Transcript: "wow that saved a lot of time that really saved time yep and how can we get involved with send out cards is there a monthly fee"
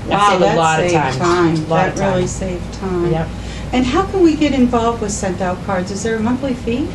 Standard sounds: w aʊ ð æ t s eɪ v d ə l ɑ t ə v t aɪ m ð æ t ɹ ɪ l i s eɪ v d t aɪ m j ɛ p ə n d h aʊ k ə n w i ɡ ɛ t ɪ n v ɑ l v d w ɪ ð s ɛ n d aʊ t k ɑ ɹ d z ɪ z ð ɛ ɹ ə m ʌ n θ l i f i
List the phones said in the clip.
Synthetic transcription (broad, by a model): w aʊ ð æ t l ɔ d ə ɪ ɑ ə t aɪ m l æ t ɹ ɪ l i s eɪ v t aɪ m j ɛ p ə n h aʊ k ə n w i ɡ ɛ t ɪ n v ɑ l v d w ɪ ð s ɛ n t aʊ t k ɑ ɹ d z ɪ z ð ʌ ɹ ə m ʌ n θ l i f i